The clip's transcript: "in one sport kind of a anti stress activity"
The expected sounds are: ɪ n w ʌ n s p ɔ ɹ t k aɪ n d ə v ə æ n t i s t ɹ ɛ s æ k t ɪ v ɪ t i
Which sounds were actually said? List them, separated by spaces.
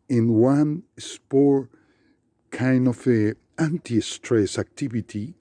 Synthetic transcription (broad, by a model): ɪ n w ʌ n s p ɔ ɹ k aɪ n d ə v ə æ n t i s t ɹ ɛ s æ k t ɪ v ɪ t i